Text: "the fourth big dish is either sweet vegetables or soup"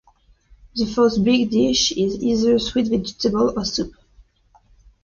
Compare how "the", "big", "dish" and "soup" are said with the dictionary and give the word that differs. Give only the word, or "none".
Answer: none